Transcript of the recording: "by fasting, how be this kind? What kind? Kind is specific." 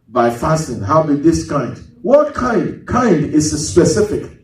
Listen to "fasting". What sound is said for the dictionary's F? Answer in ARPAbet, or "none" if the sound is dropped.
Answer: F